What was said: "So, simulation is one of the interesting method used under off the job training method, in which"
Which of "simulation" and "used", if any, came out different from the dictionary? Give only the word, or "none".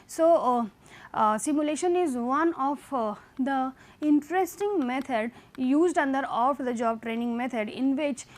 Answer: none